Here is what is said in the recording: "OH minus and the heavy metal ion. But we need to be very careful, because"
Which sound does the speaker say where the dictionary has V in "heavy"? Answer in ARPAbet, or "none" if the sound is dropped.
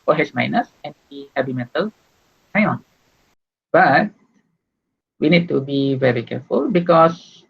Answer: B